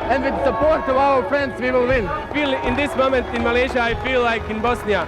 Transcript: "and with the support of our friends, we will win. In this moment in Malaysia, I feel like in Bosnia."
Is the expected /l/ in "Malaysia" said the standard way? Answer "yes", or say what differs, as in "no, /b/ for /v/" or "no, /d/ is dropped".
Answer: yes